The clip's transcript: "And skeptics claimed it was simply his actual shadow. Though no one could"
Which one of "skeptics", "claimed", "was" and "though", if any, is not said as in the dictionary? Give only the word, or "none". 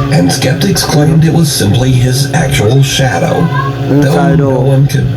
none